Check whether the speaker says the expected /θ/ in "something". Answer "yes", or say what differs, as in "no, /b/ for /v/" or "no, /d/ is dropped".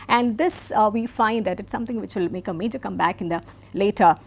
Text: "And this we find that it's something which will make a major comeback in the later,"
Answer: no, /t/ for /θ/